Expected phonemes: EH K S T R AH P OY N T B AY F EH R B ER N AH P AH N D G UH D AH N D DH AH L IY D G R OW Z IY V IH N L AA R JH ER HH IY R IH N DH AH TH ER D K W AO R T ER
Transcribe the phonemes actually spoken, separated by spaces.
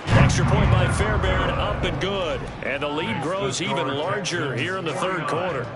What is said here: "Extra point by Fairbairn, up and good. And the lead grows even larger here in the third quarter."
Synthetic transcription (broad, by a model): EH K S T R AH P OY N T B AY F EH R B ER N AH P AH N G UH D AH N DH AH L IY D G R OW Z IY V IH N L AA R JH ER HH IY R IH N DH AH TH ER D K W AO R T ER